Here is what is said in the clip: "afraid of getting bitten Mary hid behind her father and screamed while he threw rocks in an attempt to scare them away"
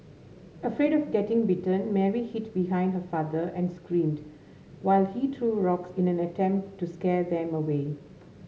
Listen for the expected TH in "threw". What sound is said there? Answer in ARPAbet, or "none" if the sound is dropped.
T